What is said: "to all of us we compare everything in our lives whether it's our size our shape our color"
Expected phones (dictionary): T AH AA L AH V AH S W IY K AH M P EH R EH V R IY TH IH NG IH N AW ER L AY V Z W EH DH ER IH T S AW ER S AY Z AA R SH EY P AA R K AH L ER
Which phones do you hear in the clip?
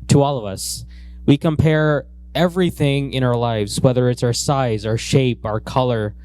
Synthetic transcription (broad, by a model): T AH AA L AH V AH S W IY K AH M P EH R EH V R IY TH IH NG IH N AW ER L AY V Z W EH DH ER IH T S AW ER S AY Z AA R SH EY P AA R K AH L ER